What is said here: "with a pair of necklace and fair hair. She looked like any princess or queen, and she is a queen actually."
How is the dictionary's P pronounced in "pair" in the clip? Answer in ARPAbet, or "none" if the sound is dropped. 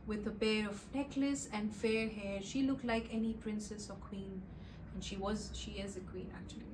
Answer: B